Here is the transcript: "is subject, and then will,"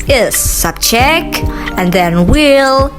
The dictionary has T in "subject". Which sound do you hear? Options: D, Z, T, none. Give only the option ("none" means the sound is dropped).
none